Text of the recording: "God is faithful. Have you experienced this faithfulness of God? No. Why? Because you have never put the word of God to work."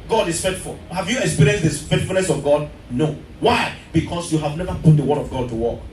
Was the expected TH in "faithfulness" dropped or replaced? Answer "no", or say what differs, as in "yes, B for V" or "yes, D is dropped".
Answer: yes, T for TH